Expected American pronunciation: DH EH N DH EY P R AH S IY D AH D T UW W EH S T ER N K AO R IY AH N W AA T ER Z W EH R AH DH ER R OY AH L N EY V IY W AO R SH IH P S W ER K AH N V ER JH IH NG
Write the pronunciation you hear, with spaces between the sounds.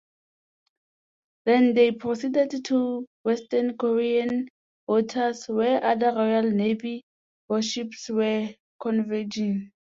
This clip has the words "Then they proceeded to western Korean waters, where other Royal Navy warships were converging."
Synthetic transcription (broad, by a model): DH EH N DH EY P R AH S IY D AH D T UW W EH S T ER N K AO R IY AH N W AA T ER S W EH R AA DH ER R OY AH L N EY V IY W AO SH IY P S W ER K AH N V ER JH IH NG